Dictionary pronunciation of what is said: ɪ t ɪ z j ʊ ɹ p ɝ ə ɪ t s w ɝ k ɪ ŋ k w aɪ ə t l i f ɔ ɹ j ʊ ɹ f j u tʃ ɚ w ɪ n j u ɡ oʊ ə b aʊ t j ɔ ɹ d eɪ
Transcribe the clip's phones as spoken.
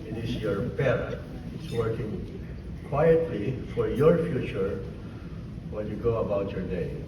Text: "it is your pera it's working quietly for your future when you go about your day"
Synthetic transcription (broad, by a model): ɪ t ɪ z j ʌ ɹ b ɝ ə ɪ t s w ɝ k ɪ ŋ k w aɪ ə t l i f ɔ ɹ j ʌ ɹ f j u tʃ ɚ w ɪ l j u ɡ oʊ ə b aʊ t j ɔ ɹ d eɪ